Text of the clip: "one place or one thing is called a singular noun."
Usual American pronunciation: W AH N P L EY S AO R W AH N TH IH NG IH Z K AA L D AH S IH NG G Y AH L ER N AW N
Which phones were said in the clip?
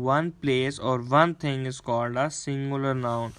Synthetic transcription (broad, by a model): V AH N P L EY S AO R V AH N T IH NG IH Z K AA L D AH S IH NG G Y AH L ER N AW N